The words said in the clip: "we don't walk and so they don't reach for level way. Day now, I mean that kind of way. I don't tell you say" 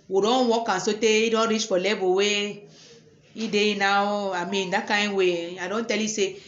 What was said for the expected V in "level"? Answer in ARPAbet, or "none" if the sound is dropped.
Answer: B